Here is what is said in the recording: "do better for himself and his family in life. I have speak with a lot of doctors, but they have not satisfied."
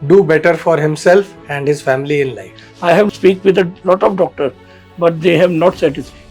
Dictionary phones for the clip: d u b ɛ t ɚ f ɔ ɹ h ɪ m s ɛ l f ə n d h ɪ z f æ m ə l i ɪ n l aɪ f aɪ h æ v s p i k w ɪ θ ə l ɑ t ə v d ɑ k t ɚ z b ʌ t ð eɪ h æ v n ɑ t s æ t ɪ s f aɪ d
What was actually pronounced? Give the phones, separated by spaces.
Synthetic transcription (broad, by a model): d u b ɛ t ɚ f ɔ ɹ h ɪ m s ɛ l f ə n d h ɪ z f æ m ə l i ɪ n l aɪ f aɪ h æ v s p i k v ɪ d ə l ɑ t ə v d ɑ k t ɚ b ʌ t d eɪ h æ v n ɑ t s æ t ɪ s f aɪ